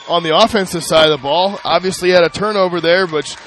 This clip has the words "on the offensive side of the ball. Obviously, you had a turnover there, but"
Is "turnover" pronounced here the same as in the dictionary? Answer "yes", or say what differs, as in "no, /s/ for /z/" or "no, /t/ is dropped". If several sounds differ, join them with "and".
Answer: yes